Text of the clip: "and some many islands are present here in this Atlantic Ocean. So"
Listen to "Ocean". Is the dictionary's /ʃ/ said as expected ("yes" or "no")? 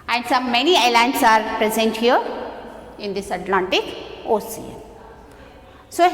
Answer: no